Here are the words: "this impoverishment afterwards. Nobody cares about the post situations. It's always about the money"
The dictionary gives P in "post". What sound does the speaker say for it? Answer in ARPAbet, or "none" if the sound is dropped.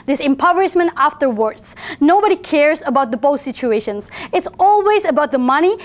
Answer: B